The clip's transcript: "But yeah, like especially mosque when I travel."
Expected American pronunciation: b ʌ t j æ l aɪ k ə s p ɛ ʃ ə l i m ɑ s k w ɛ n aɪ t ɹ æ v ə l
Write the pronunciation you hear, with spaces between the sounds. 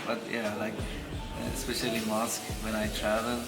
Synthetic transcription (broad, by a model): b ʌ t j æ l aɪ k ə s p ɛ ʃ ə l i m ɑ s k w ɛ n aɪ t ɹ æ v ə l